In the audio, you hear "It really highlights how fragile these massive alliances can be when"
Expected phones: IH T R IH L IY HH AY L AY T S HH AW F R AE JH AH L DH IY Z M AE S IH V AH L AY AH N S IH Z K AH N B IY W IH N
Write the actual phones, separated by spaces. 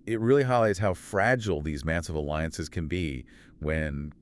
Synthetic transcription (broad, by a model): IH T R IH L IY HH AY L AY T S HH AW F R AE JH L DH IY Z M AE S IH V AH L AY AH N S IH Z K AH N B IY W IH N